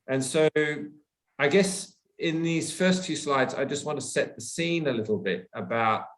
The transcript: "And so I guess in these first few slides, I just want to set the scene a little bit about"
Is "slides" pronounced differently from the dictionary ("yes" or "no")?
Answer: no